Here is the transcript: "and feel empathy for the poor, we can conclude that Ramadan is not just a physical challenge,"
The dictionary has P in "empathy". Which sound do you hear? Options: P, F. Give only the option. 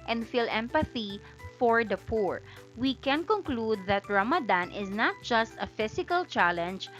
P